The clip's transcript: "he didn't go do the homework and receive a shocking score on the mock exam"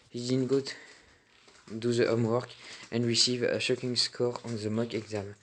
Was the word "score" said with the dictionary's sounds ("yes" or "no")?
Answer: yes